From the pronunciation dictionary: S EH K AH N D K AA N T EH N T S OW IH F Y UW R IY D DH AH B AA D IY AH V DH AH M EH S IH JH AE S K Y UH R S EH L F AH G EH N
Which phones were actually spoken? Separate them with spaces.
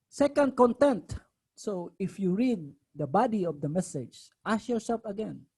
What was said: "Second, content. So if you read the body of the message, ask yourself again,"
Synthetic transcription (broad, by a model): S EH K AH N D K AA N T EH N T S OW IH F Y UW R IY D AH B AA D IY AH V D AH M EH S IH JH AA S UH L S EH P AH G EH N